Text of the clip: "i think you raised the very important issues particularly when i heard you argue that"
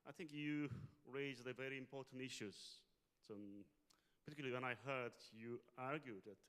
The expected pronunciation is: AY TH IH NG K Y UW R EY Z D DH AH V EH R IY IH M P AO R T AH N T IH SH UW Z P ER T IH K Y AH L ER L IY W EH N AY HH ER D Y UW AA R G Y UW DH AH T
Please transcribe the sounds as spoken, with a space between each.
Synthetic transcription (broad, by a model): AY TH IH NG K Y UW R EY Z DH AH V EH R IY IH M P AO R T N T IH SH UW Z P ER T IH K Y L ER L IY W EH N AY HH ER D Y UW AA R G Y UW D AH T